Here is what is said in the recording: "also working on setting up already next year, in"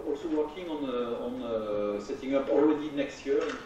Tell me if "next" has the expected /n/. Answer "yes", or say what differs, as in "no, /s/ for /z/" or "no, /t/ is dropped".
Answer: yes